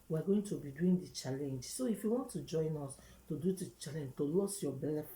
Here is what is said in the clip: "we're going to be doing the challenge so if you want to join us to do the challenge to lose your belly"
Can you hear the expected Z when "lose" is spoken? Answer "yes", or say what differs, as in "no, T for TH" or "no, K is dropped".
no, S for Z